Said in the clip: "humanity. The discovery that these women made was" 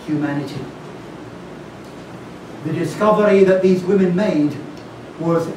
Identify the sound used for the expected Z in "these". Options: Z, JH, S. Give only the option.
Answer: Z